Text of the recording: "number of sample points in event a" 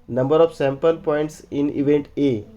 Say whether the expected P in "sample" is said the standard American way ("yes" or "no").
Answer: yes